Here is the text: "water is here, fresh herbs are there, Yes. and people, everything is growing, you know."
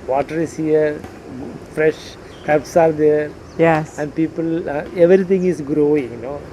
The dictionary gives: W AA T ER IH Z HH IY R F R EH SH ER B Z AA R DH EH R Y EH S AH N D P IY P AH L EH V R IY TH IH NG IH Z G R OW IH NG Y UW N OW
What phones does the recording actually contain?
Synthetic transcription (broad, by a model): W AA T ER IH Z HH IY R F R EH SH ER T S AA R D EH R Y EH S AH N D P IY P AH L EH V R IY T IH NG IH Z G R OW IH NG N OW